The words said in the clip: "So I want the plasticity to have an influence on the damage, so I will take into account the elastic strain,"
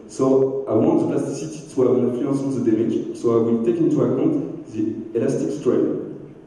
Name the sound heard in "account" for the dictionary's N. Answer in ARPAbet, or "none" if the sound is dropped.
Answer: none